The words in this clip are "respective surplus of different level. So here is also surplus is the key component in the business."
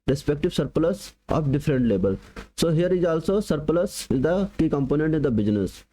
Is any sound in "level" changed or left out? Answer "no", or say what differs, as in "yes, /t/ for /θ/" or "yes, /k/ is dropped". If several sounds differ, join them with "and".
yes, /b/ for /v/